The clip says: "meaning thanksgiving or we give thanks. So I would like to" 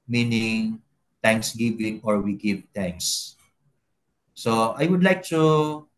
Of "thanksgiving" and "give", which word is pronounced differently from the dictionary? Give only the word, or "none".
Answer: thanksgiving